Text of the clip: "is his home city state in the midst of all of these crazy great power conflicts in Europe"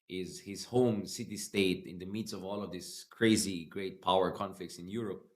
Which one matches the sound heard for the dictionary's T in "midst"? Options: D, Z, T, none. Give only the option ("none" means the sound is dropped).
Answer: none